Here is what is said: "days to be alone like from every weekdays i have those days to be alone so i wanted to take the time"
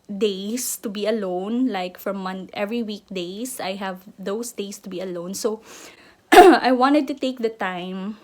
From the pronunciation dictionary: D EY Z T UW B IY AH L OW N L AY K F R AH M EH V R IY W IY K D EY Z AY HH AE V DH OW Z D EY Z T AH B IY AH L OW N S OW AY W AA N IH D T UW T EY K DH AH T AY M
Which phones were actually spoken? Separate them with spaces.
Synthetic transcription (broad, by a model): D EY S T UW B IY AH L OW N L AY K F R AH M EH V R IY W IY K D EY S AY HH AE V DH OW S D EY S T AH B IY AH L OW N S OW AY W AA N IH D T UW T EY K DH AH T AY M